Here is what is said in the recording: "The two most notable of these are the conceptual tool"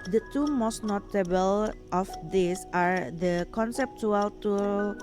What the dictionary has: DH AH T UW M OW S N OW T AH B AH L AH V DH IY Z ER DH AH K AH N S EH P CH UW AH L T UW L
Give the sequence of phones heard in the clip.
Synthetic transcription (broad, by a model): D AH T UW M OW S N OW T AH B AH L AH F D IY S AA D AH K AH N S EH P CH UW AH L T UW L